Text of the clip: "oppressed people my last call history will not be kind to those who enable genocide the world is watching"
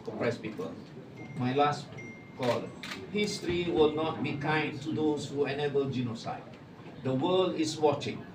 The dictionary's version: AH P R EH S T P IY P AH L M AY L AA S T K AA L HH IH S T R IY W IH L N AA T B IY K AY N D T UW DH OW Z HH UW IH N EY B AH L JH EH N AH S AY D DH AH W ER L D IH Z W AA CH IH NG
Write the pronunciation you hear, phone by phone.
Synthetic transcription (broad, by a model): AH P R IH S P IY P AH L M AY L AA S T K AA L HH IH S T R IY W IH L N AA T B IY K AY N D T UW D OW S HH UW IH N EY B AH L JH EH N AH S AY D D AH W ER L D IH S W AA CH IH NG